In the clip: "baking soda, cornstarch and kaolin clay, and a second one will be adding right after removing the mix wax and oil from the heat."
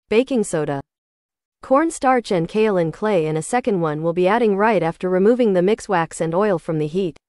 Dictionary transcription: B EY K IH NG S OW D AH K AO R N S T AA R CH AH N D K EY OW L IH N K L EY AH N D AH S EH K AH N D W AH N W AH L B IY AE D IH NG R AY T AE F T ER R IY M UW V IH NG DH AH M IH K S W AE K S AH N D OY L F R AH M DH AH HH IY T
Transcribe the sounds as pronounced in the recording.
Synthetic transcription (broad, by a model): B EY K IH NG S OW D AH K AO R N S T AA R CH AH N K EY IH L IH N K L EY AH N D AH S EH K AH N D W AH N W AH L B IY AE D IH NG R AY T AE F T ER R IY M UW V IH NG DH AH M IH K S W AE K S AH N OY L F R AH M DH AH HH IY T